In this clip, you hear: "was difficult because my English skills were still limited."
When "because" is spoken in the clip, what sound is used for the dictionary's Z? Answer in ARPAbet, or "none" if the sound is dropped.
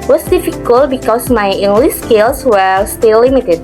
S